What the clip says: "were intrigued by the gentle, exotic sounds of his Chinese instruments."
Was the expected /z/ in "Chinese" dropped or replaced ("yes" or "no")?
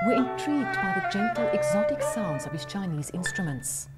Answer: no